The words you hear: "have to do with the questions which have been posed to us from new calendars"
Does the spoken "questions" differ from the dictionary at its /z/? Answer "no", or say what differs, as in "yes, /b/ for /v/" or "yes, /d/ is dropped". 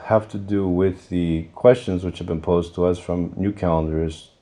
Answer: no